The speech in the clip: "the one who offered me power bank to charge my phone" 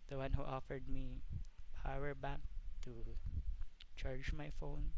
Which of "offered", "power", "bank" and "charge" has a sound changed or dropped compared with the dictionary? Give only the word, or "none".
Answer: bank